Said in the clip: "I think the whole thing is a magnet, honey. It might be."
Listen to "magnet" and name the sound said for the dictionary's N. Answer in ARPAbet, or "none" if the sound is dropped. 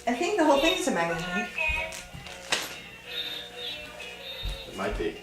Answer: none